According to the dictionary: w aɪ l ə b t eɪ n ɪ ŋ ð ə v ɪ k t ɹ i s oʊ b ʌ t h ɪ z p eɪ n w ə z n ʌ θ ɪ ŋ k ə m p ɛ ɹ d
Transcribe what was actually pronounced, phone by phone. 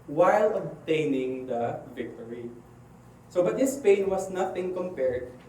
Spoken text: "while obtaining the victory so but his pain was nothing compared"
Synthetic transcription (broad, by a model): w aɪ l ə b t eɪ n ɪ ŋ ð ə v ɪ k t ɹ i s oʊ b ʌ t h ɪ s p eɪ n w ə s n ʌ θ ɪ ŋ k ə m p ɛ ɹ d